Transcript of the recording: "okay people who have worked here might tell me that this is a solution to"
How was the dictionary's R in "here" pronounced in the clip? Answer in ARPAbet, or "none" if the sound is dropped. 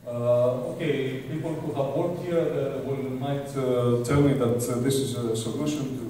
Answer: L